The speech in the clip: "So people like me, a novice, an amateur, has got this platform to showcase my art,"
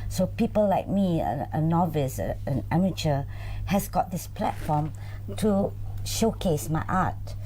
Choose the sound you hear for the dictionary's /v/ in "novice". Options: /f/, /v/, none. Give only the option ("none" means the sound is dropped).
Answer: /v/